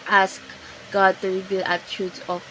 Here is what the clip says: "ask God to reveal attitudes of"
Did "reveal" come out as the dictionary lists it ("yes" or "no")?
no